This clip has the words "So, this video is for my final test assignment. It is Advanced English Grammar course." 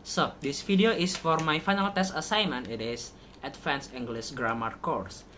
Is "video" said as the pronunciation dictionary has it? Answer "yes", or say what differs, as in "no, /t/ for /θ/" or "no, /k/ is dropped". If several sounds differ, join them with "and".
no, /f/ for /v/